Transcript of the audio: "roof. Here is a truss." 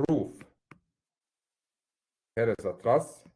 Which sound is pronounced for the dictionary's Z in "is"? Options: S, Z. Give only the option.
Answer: S